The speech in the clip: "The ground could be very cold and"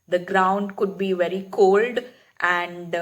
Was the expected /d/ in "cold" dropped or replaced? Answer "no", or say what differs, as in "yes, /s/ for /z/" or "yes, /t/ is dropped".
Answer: no